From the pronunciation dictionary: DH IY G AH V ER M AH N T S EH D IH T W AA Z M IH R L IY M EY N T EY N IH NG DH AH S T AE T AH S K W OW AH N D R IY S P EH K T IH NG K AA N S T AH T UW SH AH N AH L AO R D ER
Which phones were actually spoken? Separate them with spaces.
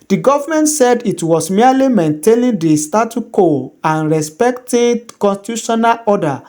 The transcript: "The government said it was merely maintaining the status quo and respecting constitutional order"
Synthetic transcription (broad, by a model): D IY G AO V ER M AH N T S EH D IH T W AA S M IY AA L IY M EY N T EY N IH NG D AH S T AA T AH K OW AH N R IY S P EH K T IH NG K AA N S T AH T UW SH AH N AH L AO D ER